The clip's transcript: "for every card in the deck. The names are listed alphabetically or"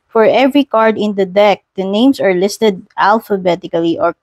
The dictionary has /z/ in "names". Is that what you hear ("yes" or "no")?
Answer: no